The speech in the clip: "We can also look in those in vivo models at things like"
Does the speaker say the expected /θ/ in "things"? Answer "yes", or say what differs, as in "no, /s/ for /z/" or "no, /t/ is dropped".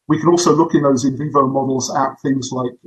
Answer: yes